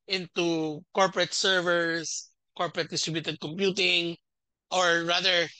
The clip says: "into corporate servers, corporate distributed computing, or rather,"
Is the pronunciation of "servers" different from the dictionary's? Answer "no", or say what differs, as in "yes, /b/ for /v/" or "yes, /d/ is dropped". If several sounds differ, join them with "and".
yes, /s/ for /z/